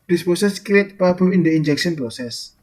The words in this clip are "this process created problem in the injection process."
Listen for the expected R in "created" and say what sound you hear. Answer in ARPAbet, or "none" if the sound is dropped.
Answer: none